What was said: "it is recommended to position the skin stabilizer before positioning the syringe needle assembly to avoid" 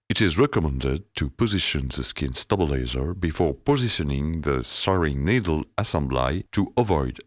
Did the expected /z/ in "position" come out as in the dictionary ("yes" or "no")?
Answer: yes